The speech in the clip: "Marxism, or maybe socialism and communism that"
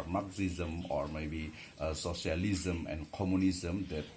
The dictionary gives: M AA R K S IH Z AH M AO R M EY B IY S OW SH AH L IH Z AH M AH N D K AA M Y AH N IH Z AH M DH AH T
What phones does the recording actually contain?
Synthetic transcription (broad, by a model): M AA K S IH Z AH M AO R M EY B IY S OW S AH L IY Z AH M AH N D K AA M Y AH N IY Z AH M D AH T